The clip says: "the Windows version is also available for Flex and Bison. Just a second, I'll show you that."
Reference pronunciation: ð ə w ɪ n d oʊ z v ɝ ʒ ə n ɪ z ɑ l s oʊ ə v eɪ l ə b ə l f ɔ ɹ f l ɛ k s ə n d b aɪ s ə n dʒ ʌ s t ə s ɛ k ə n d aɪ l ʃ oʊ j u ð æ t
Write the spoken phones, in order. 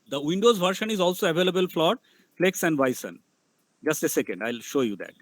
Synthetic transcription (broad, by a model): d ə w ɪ n d oʊ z v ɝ ʃ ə n ɪ z ɑ l s oʊ ə v eɪ l ə b ə l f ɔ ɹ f l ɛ k s ə n d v aɪ s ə n dʒ ʌ s t ə s ɛ k ə n d aɪ l ʃ oʊ j u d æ t